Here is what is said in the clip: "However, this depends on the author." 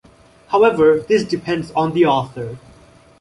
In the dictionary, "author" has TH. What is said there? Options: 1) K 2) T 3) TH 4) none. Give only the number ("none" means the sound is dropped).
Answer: 3